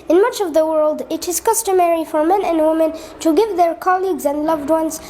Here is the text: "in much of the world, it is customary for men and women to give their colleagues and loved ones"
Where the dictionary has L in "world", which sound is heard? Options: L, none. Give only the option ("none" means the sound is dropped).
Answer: L